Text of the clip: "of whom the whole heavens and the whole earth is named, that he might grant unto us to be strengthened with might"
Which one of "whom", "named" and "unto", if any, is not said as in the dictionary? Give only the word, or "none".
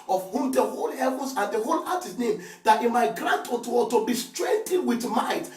unto